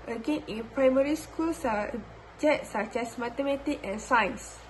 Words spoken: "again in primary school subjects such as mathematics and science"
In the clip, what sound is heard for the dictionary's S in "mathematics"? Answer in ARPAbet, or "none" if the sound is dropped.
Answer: none